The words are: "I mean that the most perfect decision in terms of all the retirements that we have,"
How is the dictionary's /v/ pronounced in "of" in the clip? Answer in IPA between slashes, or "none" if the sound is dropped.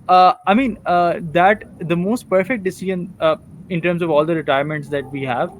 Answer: /v/